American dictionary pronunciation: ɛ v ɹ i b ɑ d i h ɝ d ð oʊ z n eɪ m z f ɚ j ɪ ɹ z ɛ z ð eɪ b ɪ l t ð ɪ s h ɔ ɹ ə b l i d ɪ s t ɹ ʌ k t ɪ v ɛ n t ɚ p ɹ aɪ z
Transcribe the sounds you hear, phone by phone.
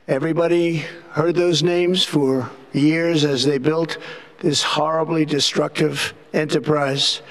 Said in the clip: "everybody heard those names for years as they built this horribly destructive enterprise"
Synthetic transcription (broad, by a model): ɛ v ɹ i b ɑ d i h ɝ d ð oʊ z n eɪ m z f ɚ j ɪ ɹ z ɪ z ð eɪ b ɪ l t ð ɪ s h ɔ ɹ ə b l i d ɪ s t ɹ ʌ k t ɪ v ɛ n t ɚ p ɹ aɪ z